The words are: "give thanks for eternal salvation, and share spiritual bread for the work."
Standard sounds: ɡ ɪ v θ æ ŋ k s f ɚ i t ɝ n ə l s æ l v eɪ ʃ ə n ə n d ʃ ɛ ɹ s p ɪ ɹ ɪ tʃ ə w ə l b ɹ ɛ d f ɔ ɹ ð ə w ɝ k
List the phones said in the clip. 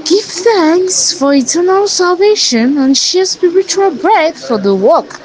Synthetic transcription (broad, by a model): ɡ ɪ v θ æ ŋ k s f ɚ i t ɝ n ə l s æ l v eɪ ʃ ə n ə n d ʃ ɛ s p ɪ ɹ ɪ tʃ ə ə l b ɹ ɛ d f ɔ ɹ ð ə w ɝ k